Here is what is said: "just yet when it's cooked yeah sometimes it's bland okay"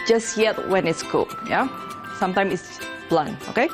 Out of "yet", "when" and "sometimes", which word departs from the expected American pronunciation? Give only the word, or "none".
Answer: sometimes